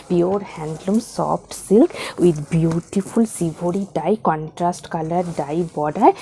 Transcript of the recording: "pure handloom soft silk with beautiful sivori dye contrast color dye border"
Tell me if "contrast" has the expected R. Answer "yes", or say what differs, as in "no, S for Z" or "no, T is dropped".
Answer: yes